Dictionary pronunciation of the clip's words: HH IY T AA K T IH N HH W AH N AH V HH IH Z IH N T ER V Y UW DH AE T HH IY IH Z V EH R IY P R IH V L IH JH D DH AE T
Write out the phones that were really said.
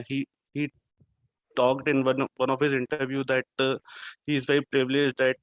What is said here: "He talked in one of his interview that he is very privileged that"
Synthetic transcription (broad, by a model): HH IY T AA K T IH N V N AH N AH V HH IH Z IH N T ER V Y UW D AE T HH IY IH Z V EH IY P R IH V L IH JH D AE T